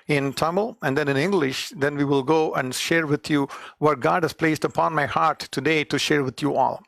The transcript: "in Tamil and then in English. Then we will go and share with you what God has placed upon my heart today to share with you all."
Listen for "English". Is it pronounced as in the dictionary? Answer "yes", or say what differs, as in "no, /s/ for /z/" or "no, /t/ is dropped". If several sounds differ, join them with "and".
yes